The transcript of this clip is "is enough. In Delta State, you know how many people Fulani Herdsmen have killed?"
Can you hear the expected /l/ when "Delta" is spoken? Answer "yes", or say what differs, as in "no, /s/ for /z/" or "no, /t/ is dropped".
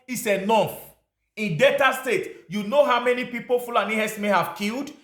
no, /l/ is dropped